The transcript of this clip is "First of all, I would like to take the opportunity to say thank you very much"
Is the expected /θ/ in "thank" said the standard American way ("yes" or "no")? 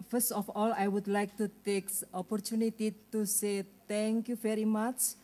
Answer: no